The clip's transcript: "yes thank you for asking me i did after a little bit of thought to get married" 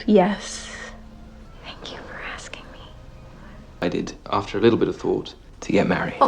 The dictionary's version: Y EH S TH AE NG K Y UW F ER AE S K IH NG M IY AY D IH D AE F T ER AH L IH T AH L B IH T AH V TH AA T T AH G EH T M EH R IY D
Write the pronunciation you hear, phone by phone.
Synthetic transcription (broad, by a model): Y EH S TH AE NG K Y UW F ER AE S K IH NG M IY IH D IH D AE F T ER AH L IH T L B IH T AH V TH AA T T AH G EH T M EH R IY